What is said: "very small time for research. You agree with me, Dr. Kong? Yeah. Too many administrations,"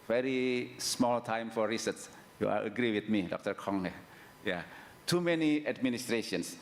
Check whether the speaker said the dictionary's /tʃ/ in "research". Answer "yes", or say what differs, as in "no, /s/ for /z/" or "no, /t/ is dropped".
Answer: no, /s/ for /tʃ/